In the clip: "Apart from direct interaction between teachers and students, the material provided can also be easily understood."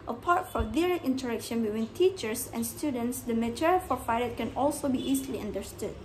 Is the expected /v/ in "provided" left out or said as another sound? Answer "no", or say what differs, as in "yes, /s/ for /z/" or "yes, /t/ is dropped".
yes, /f/ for /v/